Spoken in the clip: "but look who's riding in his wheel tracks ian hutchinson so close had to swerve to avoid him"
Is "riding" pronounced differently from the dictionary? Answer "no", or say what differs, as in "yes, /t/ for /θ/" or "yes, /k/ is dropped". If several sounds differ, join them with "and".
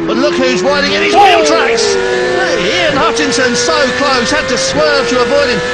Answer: yes, /w/ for /ɹ/